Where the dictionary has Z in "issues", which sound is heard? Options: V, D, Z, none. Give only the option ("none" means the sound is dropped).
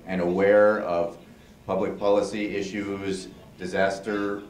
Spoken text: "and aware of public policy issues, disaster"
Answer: Z